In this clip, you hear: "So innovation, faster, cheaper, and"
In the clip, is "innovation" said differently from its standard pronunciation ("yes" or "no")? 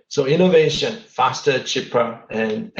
no